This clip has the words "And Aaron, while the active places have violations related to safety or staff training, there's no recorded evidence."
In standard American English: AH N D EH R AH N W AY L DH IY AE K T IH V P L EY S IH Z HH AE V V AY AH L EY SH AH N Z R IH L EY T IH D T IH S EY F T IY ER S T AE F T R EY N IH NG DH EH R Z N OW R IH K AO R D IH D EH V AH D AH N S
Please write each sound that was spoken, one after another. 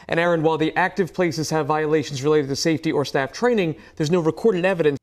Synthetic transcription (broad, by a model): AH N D EH R AH N W AY L DH IY AE K T IH V P L EY S IH Z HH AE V V AY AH L EY SH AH N Z R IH L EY T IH T IH S EY F T IY ER S T AE F T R EY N IH NG DH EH R Z N OW R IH K AO R D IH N EH V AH D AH N